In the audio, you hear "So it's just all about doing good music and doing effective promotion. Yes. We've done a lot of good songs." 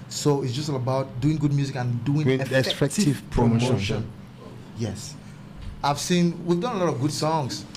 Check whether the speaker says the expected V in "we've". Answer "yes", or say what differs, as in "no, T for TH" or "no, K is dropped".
yes